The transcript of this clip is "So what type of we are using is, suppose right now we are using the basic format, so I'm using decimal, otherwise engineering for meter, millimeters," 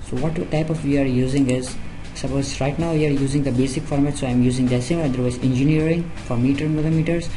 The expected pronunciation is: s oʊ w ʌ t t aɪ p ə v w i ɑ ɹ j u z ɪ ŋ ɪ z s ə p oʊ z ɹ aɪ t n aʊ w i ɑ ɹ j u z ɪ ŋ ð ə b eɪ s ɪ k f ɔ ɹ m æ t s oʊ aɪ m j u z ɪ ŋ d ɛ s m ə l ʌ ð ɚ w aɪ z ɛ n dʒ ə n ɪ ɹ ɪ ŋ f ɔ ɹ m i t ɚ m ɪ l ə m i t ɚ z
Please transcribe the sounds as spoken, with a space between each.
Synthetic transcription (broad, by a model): s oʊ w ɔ t t aɪ p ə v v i ɑ ɹ j u z ɪ ŋ ɪ z s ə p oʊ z ɹ aɪ t n aʊ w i ɑ ɹ j u z ɪ ŋ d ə b eɪ s ɪ k f ɔ ɹ m æ t s oʊ aɪ m j u z ɪ ŋ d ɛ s ə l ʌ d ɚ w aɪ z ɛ n dʒ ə n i ɹ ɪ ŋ f ɔ ɹ m i t ɚ m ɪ l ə m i t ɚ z